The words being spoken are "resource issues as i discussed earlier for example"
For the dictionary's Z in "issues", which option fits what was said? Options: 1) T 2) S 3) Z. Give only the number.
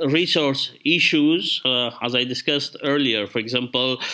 3